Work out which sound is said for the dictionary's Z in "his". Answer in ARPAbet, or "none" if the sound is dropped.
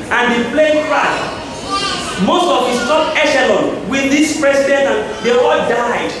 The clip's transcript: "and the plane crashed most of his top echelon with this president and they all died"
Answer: S